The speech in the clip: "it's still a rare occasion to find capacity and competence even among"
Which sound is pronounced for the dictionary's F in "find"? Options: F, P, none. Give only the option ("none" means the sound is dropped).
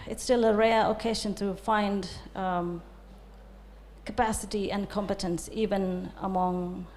F